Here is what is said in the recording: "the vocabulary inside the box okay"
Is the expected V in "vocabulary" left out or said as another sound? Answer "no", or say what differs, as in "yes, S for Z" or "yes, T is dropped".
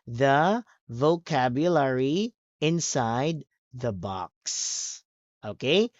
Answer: no